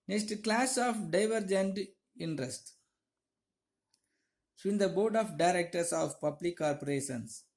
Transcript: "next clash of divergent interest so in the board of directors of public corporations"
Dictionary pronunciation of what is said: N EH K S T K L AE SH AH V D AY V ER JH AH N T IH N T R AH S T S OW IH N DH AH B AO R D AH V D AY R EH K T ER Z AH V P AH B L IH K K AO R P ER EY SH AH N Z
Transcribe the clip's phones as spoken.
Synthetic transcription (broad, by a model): N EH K S T K L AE S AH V D AY V ER JH AH N T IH N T R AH S T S IH N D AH B AO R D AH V D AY R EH K T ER S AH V P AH B L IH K K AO R P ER EY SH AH N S